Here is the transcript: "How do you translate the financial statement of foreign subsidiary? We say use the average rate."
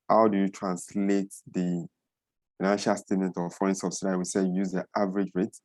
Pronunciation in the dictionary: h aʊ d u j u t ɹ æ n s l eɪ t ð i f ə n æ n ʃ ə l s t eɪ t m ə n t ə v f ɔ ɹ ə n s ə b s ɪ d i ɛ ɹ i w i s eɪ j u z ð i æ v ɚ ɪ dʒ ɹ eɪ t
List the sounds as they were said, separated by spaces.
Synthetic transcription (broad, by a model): h aʊ d u j u t ɹ æ n s l eɪ t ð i f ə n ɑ n ʃ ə l s t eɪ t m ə n t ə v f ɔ ə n s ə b s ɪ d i w i s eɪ j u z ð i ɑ v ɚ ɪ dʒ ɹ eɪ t